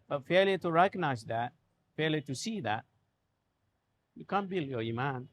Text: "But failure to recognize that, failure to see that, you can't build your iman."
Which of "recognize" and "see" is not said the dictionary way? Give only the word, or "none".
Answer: recognize